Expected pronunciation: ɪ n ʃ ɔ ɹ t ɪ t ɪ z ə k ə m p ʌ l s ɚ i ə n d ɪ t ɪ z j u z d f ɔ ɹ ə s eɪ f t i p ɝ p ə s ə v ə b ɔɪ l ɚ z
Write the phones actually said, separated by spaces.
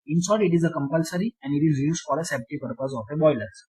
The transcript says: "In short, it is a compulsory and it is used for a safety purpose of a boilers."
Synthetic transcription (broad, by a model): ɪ n s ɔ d ɪ t ɪ z ə k ə m p ʌ l s ɚ i ə n d ɪ t ɪ z j u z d f ɔ ɹ ə s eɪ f t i p ɝ p ə s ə f ə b ɔɪ l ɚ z